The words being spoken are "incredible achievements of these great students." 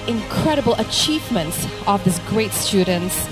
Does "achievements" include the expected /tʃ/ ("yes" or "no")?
yes